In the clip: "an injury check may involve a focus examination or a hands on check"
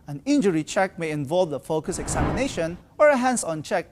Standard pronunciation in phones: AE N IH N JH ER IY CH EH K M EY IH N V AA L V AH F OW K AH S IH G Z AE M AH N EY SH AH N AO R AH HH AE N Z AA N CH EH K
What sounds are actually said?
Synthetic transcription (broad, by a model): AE N IH N JH ER IY CH EH K M EY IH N V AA L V AH F OW K AH S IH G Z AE M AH N EY SH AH N AO R AH HH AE N S AA N CH EH K